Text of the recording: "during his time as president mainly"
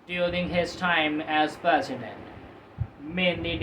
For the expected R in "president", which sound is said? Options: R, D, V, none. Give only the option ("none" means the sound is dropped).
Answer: none